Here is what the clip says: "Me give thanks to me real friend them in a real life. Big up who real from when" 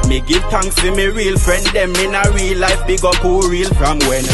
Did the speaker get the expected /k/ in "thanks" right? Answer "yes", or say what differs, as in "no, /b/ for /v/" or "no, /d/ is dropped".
no, /k/ is dropped